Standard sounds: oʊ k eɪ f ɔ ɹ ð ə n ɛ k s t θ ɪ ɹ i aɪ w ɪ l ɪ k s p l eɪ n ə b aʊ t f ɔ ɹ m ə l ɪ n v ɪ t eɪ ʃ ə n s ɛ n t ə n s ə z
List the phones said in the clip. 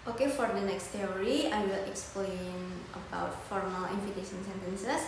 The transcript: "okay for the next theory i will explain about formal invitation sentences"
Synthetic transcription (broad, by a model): oʊ k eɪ f ɔ ɹ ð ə n ɛ k s t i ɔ ɹ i aɪ w ɪ l ɪ k s p l eɪ n ə b aʊ t f ɔ ɹ m ə l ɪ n f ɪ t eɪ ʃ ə n s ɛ n t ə n s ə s